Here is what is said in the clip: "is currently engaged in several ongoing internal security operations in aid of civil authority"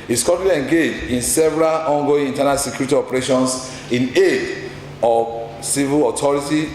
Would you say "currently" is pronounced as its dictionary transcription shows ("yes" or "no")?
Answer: no